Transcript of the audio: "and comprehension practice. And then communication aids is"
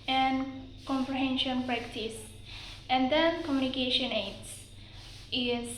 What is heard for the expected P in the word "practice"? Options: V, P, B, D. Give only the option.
P